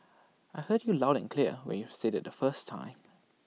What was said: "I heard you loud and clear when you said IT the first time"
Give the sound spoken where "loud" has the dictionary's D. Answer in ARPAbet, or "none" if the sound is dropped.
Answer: D